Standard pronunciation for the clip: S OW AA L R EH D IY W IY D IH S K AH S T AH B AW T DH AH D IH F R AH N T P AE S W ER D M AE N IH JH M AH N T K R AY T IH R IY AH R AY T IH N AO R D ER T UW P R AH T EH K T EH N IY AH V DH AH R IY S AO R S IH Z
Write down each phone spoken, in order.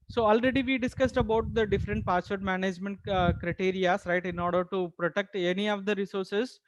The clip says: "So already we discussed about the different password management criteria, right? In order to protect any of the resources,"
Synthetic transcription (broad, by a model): S OW AA L R EH D IY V IY D IH S K AH S T AH B AW T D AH D IH F R AH N T P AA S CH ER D M AE N IH JH M AH N T K R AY T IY R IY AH R AY T IH N AO R D ER T UW P R AH T EH K T EH N IY AH V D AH R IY S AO R S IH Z